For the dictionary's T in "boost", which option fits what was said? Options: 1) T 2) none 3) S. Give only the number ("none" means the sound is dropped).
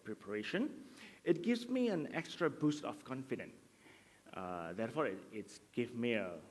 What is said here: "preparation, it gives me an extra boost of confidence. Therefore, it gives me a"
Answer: 1